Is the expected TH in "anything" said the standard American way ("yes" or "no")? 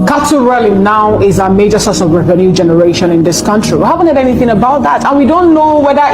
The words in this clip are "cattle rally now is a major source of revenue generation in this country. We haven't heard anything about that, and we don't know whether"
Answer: yes